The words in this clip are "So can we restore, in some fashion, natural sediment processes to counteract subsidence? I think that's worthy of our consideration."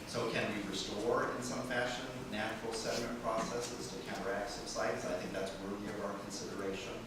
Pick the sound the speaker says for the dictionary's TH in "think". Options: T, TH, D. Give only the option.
TH